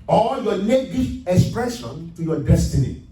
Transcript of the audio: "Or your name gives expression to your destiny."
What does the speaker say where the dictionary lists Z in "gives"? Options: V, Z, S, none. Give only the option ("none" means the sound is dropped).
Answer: none